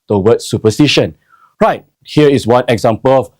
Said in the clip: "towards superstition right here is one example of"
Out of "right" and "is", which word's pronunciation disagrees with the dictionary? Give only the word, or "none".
is